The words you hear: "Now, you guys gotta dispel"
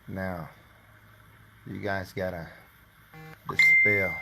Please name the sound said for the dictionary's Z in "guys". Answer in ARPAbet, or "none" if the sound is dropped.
Z